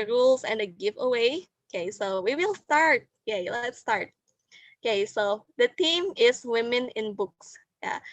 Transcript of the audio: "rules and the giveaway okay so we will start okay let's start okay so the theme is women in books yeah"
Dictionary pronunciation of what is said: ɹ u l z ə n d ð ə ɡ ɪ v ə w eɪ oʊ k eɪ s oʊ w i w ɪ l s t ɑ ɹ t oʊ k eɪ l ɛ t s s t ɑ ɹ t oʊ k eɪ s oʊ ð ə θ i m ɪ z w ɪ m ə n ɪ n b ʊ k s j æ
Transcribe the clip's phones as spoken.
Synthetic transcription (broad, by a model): ɹ u l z ə n d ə ɡ ɪ v ə w eɪ oʊ k eɪ s oʊ w i w ɪ l s t ɑ ɹ t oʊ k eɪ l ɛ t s s t ɑ ɹ t oʊ k eɪ s oʊ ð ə t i m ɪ s w ɪ m ə n ɪ n b ʊ k s j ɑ